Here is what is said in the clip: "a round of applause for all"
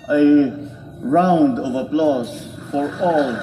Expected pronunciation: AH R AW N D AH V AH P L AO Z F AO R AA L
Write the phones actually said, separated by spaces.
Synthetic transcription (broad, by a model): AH R AW N D AH V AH P L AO S F AO R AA L